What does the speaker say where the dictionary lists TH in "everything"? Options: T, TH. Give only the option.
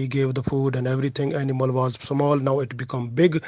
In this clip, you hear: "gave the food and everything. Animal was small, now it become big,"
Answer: T